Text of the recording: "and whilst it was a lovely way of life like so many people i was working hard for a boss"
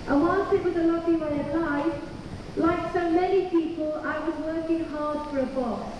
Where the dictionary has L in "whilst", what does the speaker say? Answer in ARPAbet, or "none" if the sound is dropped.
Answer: N